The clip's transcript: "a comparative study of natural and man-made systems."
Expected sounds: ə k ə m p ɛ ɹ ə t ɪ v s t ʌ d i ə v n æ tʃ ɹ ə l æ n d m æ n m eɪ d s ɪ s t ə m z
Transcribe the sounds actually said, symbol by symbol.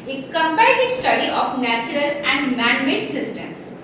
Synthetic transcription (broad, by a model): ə k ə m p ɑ ə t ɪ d s t ʌ d i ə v n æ tʃ ɹ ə l æ n d m æ n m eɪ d s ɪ s t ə m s